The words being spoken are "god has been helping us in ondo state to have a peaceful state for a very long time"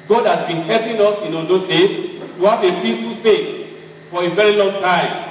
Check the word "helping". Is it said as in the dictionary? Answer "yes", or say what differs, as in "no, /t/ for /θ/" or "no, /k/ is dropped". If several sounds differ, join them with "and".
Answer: no, /l/ is dropped